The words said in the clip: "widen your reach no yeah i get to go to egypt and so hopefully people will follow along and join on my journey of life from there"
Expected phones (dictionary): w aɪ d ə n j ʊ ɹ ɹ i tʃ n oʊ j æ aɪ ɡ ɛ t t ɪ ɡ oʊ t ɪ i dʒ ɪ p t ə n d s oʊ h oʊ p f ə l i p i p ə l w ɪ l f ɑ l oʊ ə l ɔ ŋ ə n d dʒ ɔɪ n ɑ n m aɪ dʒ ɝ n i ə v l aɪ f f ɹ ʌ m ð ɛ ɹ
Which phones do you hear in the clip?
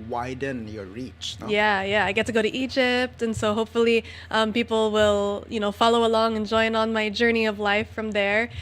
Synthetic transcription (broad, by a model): w aɪ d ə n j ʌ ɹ ɹ i tʃ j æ j æ aɪ ɡ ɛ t t ɪ ɡ oʊ t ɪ i dʒ ɪ p t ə n s oʊ h oʊ p f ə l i p i p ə l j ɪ n f ɑ l oʊ ə l ɔ ŋ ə n dʒ ɔɪ n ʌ n m aɪ dʒ ɝ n i ə v l aɪ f f ɹ ʌ m ð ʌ ɹ